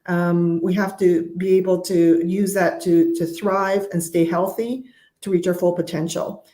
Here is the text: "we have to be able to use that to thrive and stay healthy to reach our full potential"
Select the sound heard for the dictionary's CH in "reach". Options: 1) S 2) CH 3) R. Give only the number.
2